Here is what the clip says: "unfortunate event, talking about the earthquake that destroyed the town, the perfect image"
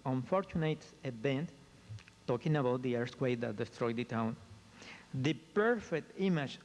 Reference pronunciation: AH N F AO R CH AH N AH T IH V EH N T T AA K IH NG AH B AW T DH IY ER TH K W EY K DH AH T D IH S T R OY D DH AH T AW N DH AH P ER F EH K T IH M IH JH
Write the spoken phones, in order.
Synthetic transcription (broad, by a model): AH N F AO R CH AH N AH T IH B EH N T T AA K IH NG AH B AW T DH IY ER S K W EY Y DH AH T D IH S T R OY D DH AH T AW N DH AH P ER F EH K T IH M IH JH